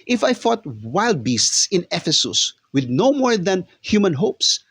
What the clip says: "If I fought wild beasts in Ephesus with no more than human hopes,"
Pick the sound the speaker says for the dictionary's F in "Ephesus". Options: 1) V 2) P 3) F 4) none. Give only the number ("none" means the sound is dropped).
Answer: 3